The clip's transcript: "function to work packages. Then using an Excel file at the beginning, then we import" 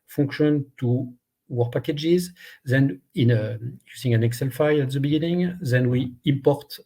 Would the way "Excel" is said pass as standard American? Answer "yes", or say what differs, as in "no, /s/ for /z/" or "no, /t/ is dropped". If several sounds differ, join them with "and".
yes